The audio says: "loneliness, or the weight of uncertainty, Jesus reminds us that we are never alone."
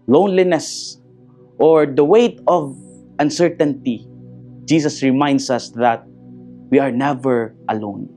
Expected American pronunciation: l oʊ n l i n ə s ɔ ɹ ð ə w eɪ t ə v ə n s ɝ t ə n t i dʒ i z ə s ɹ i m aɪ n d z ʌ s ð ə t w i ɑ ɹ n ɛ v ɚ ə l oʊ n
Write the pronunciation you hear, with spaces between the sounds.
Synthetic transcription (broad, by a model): l oʊ n l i n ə s ɔ ɹ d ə w eɪ t ə v ə n s ɝ t ə n t i dʒ i s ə s ɹ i m aɪ n d s ʌ s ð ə t w i ɑ ɹ n ɛ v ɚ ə l oʊ n